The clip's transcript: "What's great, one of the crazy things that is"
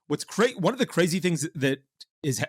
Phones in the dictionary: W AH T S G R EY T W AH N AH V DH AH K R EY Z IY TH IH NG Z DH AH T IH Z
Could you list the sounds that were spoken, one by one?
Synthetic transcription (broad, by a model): W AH T S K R EY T W AH N AH V DH AH K R EY Z IY TH IH NG Z DH AH T IH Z